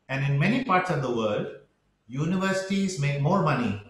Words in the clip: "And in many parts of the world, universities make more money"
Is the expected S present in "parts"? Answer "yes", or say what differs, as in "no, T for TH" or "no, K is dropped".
yes